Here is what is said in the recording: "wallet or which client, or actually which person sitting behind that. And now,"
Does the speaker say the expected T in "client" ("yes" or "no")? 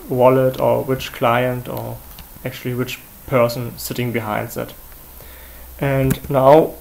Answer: yes